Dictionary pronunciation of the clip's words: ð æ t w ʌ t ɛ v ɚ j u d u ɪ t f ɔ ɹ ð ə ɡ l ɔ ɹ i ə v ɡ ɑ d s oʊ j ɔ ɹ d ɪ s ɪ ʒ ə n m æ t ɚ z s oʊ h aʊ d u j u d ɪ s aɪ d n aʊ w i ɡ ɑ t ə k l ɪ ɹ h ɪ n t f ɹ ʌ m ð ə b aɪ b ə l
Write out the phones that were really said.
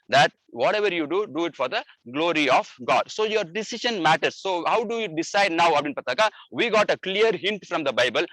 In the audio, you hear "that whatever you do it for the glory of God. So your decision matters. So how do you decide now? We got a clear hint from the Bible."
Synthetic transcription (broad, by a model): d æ t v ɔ t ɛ v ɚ j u d u ɪ t f ɔ ɹ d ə ɡ l ɔ ɹ i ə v ɡ ɑ d s oʊ j ɔ ɹ d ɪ s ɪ ʃ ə n m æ t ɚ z s oʊ h aʊ d u j u d ɪ s aɪ d n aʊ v i ɡ ɑ t ə k l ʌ ɹ h ɪ n t f ɹ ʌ m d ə b aɪ b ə l